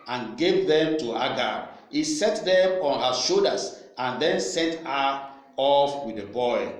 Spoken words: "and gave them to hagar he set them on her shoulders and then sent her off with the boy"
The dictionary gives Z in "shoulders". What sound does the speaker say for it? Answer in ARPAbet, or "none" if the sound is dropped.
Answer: S